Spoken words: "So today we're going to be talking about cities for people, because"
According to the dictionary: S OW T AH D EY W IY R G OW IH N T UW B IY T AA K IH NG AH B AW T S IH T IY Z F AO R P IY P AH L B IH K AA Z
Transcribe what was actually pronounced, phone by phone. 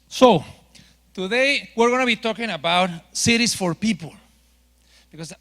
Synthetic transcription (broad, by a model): S OW T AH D EY W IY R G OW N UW B IY T AA K IH NG AH B AW T S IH T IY S F AO R P IY P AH L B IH K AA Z